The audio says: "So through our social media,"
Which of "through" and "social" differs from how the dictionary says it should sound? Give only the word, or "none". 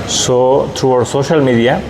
through